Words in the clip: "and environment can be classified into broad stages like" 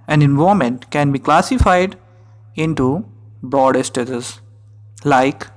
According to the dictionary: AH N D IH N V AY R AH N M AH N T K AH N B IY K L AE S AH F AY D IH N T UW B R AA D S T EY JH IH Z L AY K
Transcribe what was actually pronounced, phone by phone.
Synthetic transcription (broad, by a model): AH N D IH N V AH M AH N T K AH N B IY K L AE S AH F AY D IH N T UW B R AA D S T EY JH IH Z L AY K